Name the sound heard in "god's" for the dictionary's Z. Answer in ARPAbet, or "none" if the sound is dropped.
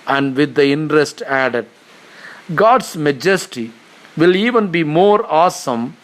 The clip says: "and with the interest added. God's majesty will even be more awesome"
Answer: S